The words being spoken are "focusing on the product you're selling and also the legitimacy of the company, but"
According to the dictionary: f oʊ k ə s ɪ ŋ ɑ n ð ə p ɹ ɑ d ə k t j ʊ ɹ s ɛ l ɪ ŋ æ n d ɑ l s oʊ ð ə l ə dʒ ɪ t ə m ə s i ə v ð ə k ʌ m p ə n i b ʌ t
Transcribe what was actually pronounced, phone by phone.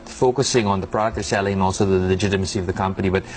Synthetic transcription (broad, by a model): f oʊ k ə s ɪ ŋ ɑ n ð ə p ɹ ɑ d ə k t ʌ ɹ s ɛ l ɪ ŋ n ɑ l s oʊ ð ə l ə dʒ ɪ t ə m ə s i ə v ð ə k ʌ m p ə n i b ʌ t